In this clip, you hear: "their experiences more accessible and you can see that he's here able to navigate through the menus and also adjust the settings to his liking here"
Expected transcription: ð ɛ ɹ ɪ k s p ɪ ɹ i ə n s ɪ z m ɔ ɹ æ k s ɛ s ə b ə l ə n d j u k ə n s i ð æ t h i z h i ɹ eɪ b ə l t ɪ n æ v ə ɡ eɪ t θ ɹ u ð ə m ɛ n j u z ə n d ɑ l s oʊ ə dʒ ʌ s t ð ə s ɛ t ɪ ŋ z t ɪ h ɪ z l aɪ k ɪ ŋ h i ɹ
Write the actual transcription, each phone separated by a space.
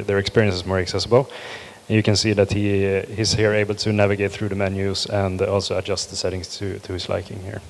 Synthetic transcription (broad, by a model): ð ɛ ɹ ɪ k s p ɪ ɹ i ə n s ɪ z m ɔ ɹ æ k s ɛ s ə b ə l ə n j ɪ k ə n s i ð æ t h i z h i ɹ eɪ b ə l t ɪ n æ v ə ɡ eɪ t θ ɹ u ð ə m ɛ n j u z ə n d ɑ l s oʊ ə dʒ ʌ s t ð ə s ɛ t ɪ ŋ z t ɪ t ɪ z l aɪ k ɪ ŋ h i ɹ